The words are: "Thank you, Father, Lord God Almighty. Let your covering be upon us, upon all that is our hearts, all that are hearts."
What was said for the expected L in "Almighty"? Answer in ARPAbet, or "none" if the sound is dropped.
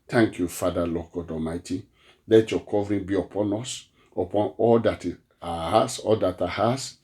none